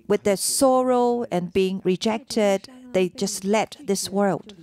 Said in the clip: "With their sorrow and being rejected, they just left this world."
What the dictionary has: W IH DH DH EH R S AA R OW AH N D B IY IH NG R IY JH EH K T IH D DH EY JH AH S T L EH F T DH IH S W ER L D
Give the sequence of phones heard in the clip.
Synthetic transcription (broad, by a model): W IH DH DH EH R S AA R OW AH N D B IY IH NG R IY JH EH K T IH D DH EY JH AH S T L EH T DH IH S W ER L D